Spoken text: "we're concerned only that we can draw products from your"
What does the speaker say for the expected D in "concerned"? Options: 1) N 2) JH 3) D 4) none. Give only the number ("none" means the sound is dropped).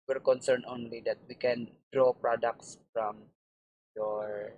4